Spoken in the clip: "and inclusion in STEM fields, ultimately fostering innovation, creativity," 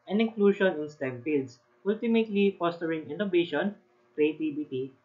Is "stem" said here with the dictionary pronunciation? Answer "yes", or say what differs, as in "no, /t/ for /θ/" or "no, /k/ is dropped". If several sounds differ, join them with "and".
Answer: yes